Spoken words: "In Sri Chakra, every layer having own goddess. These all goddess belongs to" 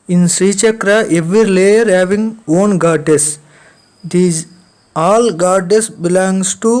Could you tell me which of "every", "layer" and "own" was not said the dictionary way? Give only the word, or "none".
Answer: none